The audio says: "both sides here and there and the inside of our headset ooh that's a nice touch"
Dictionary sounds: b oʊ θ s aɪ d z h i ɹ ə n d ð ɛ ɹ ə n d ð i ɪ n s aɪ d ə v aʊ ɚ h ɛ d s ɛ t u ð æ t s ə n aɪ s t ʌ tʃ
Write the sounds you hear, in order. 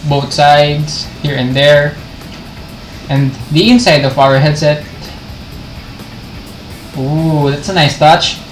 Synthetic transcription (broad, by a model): b oʊ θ s aɪ d s h i ɹ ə n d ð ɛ ɹ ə n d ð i ɪ n s aɪ d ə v aʊ ɚ h ɛ d s ɛ t u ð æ t s ə n aɪ s t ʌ tʃ